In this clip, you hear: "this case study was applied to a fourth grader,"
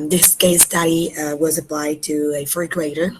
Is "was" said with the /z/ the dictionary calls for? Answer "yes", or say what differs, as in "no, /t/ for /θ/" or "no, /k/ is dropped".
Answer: yes